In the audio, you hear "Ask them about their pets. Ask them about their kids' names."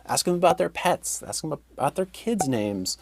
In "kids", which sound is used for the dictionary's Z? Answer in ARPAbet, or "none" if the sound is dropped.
Z